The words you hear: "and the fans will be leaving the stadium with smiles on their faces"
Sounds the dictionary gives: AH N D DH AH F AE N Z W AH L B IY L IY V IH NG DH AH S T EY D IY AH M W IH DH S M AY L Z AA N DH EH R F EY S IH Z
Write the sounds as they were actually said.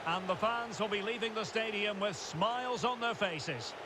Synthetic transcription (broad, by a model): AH N DH AH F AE N Z W AH L B IY L IY V IH NG DH AH S T EY D IY AH M W IH DH S M AY L Z N DH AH R F EY S IH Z